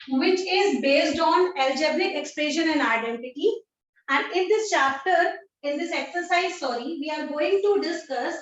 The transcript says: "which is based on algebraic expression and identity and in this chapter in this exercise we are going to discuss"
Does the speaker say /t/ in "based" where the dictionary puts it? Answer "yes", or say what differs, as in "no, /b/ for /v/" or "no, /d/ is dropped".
yes